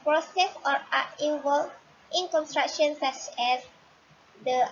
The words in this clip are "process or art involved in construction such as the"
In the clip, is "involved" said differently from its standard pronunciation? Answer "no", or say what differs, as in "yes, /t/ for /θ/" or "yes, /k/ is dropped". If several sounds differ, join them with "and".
yes, /n/ is dropped